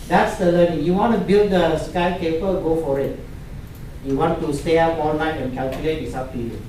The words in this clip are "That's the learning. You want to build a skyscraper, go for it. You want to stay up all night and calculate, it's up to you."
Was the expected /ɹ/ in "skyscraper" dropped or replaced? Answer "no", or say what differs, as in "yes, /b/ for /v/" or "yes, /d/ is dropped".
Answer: yes, /ɹ/ is dropped